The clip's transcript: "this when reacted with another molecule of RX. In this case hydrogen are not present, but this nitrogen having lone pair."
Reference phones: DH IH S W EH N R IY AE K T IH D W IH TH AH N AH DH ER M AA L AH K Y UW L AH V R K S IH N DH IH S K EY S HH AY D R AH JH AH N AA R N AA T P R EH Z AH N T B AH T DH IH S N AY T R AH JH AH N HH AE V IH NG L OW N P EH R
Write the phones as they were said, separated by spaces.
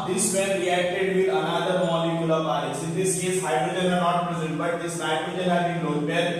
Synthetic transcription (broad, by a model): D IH S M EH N R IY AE K T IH D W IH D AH N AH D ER M AA L AH K Y UW L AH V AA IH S IH N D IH S K EY S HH AY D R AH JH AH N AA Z N AA T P R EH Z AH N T B AH T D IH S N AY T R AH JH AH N HH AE B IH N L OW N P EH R